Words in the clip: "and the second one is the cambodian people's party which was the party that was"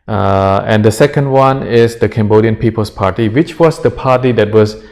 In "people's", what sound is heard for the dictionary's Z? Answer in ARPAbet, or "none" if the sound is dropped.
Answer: S